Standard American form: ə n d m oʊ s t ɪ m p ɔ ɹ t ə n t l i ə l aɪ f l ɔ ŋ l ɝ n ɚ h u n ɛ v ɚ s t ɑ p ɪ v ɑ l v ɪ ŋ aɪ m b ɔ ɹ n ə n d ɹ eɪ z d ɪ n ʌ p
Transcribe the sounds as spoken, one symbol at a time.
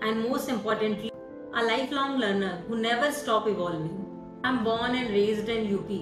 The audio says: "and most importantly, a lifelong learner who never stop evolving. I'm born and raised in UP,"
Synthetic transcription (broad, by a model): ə n d m oʊ s t ɪ m p ɔ ɹ t ə n t l i ə l aɪ f l ɔ ŋ l ɝ n ɚ h u n ɛ v ɚ s t ɑ p ɪ v ɑ l v ɪ ŋ aɪ m b ɔ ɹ n ə n d ɹ eɪ z d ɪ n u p